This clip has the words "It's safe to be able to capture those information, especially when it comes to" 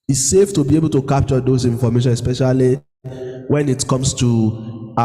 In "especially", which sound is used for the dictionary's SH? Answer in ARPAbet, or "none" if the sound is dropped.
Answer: SH